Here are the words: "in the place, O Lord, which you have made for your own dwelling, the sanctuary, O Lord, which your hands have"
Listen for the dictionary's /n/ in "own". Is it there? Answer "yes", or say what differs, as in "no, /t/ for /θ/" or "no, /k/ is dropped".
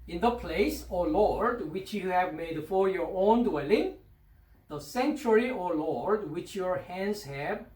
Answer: yes